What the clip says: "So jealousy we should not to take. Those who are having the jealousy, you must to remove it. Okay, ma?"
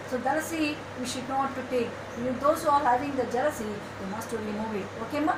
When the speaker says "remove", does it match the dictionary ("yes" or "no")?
no